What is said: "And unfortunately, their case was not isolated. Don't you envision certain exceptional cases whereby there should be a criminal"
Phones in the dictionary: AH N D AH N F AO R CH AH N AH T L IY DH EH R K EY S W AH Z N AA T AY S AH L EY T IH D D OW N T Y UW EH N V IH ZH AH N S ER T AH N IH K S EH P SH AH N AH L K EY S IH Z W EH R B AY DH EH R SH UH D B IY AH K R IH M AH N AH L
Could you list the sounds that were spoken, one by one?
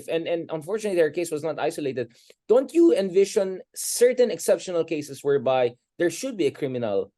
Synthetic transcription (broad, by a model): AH N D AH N F AO R CH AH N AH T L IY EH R K EY S W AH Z N AA T AY S AH L EY T IH D D OW N T Y UW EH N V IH SH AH N S ER T AH N IH K S EH P SH AH N AH L K EY S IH S W EH R B AY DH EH R SH UH D B IY AH K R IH M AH N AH L